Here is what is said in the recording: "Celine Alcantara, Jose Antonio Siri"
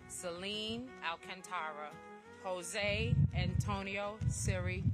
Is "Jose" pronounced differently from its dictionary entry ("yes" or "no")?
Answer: no